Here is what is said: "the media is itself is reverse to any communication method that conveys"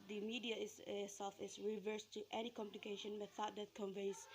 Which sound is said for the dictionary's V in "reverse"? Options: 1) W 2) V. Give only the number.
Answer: 2